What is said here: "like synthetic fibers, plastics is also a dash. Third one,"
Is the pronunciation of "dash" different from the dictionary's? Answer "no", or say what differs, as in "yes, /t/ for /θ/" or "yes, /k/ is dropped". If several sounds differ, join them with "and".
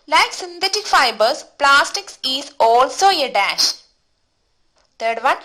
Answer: no